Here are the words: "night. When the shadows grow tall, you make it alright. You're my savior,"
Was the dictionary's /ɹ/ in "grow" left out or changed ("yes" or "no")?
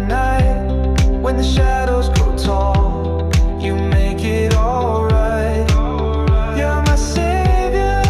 yes